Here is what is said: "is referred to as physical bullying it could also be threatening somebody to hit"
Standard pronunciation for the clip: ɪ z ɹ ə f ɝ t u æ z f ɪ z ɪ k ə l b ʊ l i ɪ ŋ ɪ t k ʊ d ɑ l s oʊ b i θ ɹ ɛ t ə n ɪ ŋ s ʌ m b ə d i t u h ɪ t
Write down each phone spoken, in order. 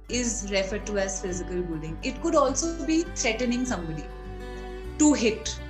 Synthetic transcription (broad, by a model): ɪ z ɹ ə f ɝ t u æ z f ɪ z ɪ k ə l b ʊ l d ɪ ŋ ɪ t k ʊ d ɑ l s oʊ b i t ɹ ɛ t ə n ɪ ŋ s ʌ m b ə d i t u h ɪ t